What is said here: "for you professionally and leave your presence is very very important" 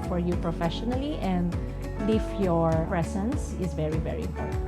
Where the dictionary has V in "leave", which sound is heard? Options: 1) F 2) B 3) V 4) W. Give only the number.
1